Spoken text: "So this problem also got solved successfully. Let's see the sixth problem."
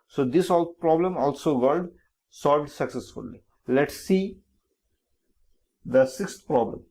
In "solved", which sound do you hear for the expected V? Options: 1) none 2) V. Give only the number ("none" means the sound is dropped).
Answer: 2